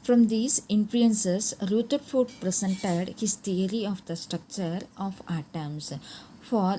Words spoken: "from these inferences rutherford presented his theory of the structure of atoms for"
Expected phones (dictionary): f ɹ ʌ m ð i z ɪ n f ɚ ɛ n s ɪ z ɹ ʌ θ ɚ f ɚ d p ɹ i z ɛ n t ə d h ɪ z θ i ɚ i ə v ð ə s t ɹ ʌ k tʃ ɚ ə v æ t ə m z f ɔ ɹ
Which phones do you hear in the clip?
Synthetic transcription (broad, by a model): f ɹ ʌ m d i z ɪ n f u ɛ n s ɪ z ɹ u t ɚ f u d p ɹ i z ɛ n t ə d h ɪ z t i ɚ i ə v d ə s t ɹ ʌ k tʃ ɚ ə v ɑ t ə m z f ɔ ɹ